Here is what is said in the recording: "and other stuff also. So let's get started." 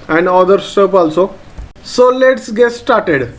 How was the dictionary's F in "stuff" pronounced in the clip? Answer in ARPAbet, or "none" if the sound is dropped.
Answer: P